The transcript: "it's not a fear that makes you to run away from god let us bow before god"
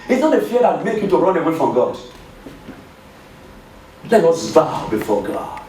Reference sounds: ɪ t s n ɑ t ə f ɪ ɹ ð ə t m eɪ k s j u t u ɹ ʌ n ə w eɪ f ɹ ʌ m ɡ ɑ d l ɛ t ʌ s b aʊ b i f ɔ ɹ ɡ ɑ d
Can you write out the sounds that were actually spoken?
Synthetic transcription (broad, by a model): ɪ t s n ɑ t ə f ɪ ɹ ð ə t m eɪ k j u t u ɹ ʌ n ə w eɪ f ɹ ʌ m ɡ ɑ d l ɛ t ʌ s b aʊ b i f ɔ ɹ ɡ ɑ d